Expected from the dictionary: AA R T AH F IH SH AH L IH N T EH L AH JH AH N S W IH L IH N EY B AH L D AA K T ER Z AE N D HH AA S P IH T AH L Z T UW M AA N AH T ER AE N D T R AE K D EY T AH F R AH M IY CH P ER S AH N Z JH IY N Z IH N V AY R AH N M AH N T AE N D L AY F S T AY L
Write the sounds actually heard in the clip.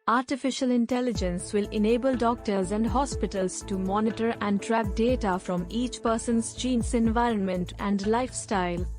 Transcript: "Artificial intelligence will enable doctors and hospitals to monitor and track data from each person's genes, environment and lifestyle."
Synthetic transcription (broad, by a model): AA R T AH F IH SH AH L IH N T EH L AH JH AH N S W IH L IH N EY B AH L D AA K T ER Z AE N D HH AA S P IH T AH L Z T UW M AA N AH T ER AE N D T R AE K D EY T AH F R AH M IY CH P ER S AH N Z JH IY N S IH N V AY R AH N M AH N T AE N D L AY F S T AY L